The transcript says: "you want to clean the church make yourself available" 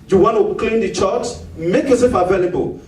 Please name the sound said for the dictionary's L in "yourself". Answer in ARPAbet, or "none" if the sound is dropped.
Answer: none